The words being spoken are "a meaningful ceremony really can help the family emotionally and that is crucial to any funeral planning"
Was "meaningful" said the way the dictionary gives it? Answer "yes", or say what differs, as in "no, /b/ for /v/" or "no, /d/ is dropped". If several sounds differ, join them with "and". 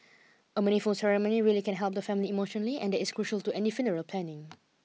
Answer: no, /ŋ/ is dropped